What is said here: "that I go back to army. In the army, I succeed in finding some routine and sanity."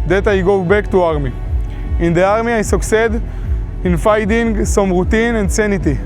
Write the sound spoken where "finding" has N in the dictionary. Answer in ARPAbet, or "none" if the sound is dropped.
none